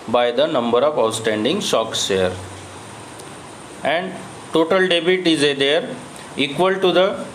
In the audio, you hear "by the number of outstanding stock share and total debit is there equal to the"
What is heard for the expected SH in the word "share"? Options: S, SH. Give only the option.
S